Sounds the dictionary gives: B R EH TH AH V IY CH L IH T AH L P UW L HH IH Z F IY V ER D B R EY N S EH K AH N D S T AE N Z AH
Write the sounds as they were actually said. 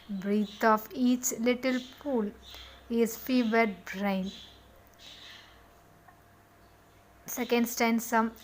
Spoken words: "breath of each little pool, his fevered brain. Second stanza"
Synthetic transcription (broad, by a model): B R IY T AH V IY CH L IH T AH L P UW L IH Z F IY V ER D B R EY N S EH K AH N D S T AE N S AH